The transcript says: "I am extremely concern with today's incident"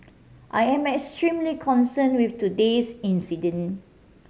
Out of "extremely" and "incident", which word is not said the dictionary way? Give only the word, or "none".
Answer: incident